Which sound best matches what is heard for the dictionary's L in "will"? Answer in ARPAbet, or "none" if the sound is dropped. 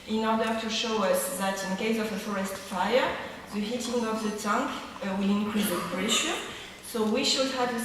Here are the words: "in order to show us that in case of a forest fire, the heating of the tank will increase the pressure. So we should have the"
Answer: L